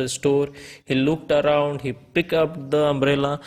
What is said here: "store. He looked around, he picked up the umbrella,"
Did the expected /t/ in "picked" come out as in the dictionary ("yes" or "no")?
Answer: no